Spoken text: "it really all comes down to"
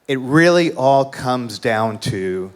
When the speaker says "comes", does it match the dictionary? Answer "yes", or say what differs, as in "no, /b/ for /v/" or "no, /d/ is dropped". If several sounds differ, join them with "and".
yes